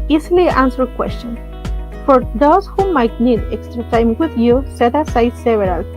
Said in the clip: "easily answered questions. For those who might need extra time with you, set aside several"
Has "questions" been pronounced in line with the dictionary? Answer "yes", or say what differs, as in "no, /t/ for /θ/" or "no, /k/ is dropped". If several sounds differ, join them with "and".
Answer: no, /z/ is dropped